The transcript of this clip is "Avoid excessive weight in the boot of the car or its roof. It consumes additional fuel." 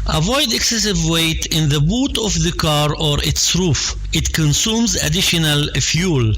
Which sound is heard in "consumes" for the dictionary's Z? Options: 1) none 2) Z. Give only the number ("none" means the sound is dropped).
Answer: 2